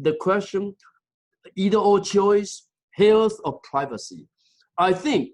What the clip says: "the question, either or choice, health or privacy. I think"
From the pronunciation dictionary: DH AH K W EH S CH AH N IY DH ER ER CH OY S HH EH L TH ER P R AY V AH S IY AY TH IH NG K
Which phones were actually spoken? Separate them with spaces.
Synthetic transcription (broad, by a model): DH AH K W EH S CH AH N IY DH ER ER CH OY S HH EH L TH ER P R AY V AH S IY AY TH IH NG K